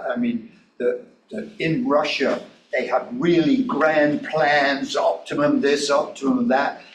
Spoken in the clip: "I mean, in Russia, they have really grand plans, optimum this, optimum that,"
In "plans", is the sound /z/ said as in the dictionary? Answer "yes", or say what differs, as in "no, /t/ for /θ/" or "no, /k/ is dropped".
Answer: yes